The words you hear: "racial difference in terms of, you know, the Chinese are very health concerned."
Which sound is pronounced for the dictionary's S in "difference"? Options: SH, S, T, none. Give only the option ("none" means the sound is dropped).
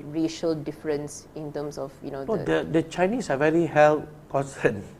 S